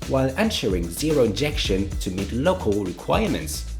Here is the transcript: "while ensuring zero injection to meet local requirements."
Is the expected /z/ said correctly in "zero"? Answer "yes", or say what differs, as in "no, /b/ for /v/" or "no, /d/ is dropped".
yes